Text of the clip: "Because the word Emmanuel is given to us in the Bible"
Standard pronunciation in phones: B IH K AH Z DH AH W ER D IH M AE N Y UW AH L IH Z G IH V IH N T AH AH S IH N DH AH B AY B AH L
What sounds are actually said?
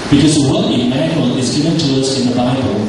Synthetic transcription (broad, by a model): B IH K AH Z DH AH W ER IH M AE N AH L IH Z G IH V IH N T AH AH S IH N DH AH B AY B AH L